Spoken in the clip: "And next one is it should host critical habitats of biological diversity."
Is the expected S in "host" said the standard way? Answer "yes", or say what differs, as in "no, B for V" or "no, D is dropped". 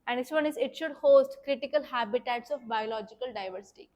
yes